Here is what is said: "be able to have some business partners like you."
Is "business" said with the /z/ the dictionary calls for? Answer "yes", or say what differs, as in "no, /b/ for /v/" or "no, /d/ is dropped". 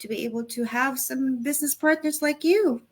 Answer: yes